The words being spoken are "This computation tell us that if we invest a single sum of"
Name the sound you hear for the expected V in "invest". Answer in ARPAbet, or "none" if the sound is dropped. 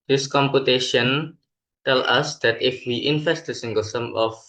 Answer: F